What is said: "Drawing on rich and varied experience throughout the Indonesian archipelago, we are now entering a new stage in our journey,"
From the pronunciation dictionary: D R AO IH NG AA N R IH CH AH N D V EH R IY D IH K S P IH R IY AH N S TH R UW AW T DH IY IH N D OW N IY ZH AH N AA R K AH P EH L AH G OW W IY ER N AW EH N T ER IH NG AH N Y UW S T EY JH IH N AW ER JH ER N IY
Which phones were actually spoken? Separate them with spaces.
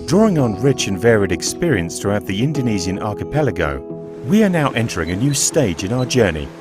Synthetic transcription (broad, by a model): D R AO IH NG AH N R IH CH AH N V EH R IY D IH K S P IH R IY AH N S TH R UW AW T DH IY IH N D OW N IY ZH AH N AA R K AH P EH L AH G OW W IY ER N AW EH N T ER IH NG AH N Y UW S T EY JH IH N AW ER JH ER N IY